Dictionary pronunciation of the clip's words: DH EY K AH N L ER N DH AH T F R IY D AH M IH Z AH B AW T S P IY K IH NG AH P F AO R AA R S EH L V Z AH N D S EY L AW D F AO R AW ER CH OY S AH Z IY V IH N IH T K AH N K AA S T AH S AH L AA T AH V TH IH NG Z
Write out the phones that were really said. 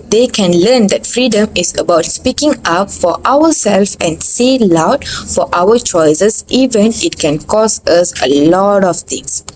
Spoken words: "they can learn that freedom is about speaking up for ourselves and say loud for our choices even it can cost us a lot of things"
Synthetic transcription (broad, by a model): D EY K AH N L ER N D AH T F R IY D AH M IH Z AH B AW T S P IY K IH NG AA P F AO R AA W S EH L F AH N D S EY L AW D F AO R AW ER CH OY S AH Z IY V IH N IH T K AH N K AA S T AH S AH L AA T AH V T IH NG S